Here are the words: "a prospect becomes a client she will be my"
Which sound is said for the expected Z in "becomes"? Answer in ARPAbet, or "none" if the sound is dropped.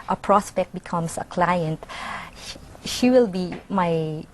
S